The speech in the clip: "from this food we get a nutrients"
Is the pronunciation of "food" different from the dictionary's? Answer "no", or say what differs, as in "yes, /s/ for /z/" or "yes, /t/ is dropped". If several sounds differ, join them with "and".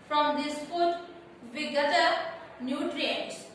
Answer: yes, /p/ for /f/